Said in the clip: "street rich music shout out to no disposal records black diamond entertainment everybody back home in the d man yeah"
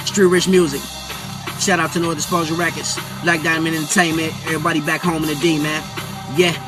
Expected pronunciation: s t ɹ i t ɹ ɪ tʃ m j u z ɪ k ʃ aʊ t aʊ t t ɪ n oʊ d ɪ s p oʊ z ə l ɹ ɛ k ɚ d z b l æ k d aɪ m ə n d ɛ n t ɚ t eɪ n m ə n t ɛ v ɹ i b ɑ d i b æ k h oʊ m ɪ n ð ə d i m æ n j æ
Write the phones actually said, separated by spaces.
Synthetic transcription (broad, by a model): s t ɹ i ɹ ɪ tʃ m j u z ɪ k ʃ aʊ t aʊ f t ɪ n oʊ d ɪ s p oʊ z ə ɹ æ k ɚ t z l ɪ k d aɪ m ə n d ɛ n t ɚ t eɪ n m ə n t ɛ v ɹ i b ɑ d i b æ k h oʊ m ɪ n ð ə d i m æ n j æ